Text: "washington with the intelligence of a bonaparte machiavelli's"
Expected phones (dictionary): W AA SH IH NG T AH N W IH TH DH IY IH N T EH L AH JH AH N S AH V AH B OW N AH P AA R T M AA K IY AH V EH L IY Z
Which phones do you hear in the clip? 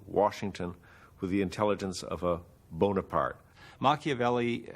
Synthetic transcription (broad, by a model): W AA SH IH NG T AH N W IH DH IY IH N T EH L AH JH AH N S AH V AH B OW N AH P AA R T M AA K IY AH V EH L IY